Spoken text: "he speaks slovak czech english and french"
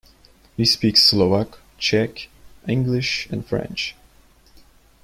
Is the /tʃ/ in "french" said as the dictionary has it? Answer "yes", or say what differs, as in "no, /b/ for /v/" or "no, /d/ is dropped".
yes